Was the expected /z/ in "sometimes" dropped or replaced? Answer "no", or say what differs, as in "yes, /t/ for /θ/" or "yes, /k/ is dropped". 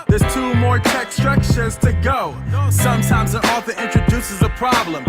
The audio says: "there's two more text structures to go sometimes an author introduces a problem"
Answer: no